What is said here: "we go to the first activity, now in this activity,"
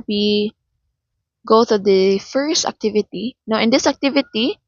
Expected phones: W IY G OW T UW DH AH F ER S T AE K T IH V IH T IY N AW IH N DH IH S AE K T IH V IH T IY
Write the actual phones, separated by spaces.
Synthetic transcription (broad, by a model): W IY G OW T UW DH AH F ER S T AE K T IH V IH T IY N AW IH N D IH S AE K T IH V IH T IY